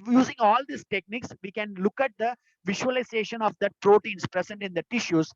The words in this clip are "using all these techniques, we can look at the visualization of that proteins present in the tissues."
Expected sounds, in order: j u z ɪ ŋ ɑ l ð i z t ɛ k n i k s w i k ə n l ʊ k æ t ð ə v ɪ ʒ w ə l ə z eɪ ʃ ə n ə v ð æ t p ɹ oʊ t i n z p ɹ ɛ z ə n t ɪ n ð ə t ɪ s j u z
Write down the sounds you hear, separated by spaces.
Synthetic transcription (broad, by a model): j u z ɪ ŋ ɑ l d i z t ɛ k n i k s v i k ə n l ʊ k æ t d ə v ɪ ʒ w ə l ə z eɪ ʃ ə n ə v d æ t p ɹ oʊ t i n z p ɹ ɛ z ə n t ɪ n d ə t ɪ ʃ j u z